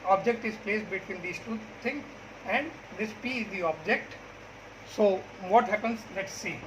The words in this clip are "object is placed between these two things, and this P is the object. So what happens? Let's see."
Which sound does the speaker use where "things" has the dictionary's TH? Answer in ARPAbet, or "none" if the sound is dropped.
T